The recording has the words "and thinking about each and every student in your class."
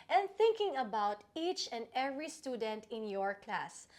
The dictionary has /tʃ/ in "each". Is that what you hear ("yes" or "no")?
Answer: yes